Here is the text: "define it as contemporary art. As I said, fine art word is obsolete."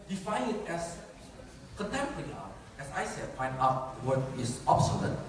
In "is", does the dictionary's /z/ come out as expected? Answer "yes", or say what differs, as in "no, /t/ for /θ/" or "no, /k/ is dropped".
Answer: no, /s/ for /z/